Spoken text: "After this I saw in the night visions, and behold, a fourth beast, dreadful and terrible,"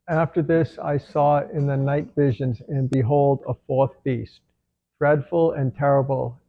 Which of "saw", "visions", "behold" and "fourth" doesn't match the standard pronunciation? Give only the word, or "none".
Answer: none